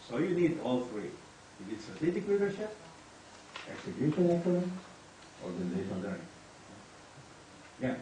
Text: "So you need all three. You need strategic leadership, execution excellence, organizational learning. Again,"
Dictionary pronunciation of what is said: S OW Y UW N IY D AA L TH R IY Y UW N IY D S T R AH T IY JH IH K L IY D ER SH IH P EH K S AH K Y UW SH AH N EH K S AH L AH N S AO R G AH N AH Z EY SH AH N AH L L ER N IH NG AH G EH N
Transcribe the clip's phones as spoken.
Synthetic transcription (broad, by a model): S OW Y UW N IY D AA L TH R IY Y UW N IY D S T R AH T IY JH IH K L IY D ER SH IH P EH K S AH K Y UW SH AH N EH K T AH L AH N AO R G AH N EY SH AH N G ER IH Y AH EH